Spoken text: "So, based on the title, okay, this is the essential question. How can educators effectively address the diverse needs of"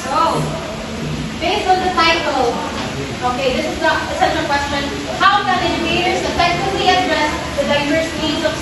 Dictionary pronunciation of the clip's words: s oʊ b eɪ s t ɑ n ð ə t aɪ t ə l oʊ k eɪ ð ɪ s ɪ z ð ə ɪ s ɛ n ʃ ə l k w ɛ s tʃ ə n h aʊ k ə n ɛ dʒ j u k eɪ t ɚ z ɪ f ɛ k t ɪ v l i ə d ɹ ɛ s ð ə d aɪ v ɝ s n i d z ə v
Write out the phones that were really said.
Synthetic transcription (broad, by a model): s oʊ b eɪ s ɑ n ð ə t aɪ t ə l oʊ k eɪ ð ɪ s ɪ z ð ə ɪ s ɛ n ə k w ɛ s tʃ ə n h aʊ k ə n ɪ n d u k eɪ t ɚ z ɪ f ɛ k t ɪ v l i ə d ɹ ɛ s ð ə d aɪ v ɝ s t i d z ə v